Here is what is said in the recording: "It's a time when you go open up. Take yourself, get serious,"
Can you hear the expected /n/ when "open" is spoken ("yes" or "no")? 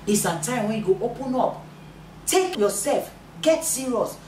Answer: yes